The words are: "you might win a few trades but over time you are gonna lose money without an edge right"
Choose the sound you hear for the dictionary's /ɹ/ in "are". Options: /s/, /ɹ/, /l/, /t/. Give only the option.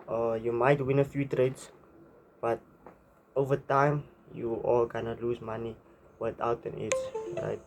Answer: /l/